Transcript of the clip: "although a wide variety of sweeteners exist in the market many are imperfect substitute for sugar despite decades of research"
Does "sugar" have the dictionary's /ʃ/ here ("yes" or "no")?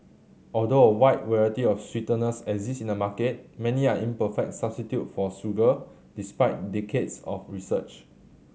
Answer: no